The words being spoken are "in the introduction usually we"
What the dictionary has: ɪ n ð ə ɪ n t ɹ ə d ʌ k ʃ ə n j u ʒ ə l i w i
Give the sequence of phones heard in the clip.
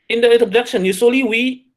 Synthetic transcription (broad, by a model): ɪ n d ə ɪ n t ə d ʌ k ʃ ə n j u s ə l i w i